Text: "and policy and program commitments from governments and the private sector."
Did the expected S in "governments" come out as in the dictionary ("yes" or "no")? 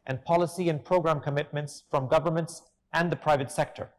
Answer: yes